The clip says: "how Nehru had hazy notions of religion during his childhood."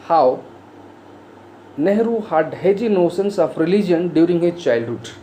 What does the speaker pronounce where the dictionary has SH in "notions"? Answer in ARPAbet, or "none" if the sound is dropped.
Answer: S